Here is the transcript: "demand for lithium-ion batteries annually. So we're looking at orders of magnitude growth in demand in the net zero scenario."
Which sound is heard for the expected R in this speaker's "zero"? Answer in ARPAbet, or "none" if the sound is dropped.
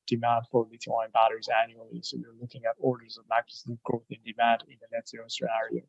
none